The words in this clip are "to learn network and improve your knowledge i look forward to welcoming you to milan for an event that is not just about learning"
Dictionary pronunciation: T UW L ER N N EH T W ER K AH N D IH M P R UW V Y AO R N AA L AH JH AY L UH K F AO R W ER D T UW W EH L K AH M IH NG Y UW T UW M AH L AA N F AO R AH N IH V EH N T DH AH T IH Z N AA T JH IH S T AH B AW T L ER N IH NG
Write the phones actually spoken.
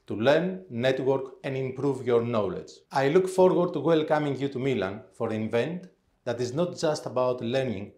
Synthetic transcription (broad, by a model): T UW L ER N N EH T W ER K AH N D IH M P R UW V Y AO R N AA L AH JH AY L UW K F AO R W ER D T UW W EH L K AH M IH NG Y UW T UW M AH L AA N F AO R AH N V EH N T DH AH T IH Z N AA T JH IH S T AH B AW T L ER N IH NG